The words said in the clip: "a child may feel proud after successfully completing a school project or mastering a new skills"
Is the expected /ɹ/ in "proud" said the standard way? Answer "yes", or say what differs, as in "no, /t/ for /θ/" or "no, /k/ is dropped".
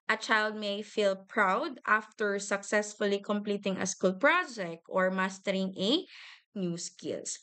yes